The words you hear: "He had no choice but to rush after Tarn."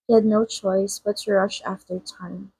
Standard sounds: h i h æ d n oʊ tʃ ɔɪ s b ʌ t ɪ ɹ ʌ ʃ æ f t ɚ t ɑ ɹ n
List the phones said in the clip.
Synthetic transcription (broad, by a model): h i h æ d n oʊ tʃ ɔɪ s b ʌ t ɪ ɹ ʌ ʃ æ f t ɚ t ɑ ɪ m